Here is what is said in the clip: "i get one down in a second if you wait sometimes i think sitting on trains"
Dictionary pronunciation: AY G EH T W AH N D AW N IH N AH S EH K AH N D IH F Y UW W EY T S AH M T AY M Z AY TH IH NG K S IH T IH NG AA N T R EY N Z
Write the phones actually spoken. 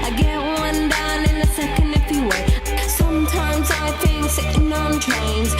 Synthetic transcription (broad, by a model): AY G EH T W AH N D AW N IH N AH S EH K AH N D IH F Y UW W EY S AH M T AY M Z AY TH IH NG K S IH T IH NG AA N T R EY N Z